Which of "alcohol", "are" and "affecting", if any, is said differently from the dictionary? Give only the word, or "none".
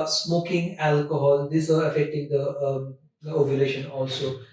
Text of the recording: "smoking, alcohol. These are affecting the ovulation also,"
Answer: none